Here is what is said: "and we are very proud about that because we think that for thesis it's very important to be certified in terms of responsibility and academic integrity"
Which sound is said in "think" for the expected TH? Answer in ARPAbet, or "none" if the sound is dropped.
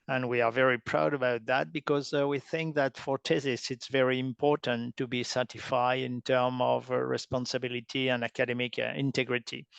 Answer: TH